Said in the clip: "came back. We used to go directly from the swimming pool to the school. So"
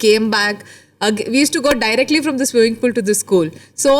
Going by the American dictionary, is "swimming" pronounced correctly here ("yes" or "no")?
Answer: no